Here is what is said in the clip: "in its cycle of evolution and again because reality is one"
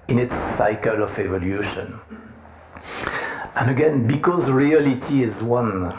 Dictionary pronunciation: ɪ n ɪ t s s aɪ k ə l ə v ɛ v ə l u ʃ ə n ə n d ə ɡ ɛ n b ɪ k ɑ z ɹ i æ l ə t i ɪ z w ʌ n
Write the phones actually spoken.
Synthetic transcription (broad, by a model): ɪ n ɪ t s s aɪ k ə l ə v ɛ v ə l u ʃ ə n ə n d ə ɡ ɛ n b ɪ k ɑ z ɹ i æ l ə t i ɪ z w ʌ n